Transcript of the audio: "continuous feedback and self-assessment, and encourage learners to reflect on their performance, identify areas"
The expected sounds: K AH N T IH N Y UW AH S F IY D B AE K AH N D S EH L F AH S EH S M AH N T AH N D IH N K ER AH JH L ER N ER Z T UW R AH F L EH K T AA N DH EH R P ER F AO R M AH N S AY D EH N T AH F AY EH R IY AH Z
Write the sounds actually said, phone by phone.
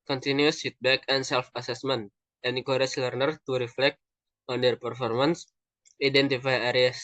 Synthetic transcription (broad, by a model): K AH N T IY N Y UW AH S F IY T B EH K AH N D S EH L F AH S EH S M AH N T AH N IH K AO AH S L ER N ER T UW R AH F L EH K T AA N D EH R P ER F AO R M AH N S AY D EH N T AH F AY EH R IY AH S